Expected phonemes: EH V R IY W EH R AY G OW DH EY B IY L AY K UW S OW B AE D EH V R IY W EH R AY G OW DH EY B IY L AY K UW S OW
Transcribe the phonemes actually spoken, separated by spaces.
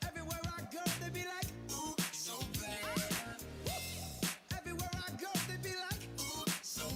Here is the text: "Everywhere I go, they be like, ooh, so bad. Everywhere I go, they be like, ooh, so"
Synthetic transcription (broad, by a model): EH V R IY W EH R AY G OW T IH B IY L AY K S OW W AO EH V R IY W EH R AY G OW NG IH B IY L AY K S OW